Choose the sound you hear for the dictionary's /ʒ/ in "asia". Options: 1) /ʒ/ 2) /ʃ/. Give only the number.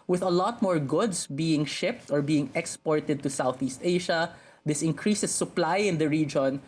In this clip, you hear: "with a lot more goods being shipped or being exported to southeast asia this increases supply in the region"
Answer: 2